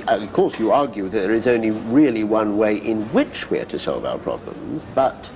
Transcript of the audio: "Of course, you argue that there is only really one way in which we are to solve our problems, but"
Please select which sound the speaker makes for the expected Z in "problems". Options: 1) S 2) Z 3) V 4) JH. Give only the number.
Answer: 2